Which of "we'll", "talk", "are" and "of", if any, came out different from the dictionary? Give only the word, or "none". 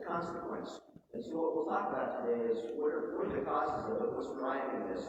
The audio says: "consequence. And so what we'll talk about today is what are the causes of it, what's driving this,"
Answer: of